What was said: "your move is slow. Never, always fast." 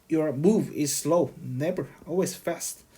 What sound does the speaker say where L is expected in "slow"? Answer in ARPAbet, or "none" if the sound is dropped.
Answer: L